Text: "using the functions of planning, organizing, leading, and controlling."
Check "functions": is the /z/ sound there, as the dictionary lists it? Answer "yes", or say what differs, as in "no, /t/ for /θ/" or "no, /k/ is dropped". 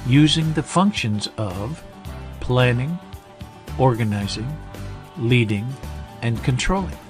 yes